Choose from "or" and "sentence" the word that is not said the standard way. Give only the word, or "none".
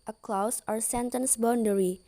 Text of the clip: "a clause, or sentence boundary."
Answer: none